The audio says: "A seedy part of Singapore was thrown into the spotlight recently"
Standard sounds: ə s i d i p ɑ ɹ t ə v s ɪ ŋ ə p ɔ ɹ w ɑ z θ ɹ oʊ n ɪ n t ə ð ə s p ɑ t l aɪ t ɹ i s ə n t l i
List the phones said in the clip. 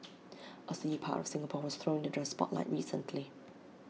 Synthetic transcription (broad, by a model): ə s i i p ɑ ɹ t ə v s ɪ ŋ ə p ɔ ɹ w ɑ z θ ɹ oʊ ɪ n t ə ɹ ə s p ɑ t l aɪ t ɹ i s ə n t l i